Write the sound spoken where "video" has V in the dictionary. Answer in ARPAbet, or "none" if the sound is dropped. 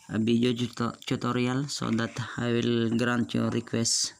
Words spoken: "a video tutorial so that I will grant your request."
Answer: B